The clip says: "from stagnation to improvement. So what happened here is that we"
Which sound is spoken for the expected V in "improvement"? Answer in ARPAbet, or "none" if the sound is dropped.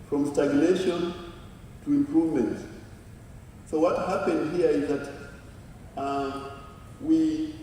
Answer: V